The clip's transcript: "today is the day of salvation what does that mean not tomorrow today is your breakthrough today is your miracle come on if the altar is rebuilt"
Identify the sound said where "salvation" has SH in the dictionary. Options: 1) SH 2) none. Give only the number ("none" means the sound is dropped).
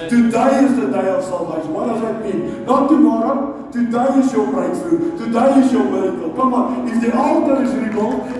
2